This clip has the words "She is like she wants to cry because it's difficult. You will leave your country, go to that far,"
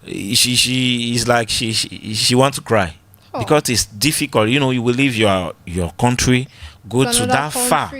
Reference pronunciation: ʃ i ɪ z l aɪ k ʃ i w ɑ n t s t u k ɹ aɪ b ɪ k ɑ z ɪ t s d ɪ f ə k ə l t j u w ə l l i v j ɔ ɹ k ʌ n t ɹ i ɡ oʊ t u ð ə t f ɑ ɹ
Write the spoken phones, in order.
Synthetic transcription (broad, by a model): ʃ i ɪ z l aɪ k ʃ i w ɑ n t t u k ɹ aɪ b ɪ k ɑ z ɪ t s d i f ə k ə l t j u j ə w l i v j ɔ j k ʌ n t ɹ i ɡ oʊ t u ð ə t f ɑ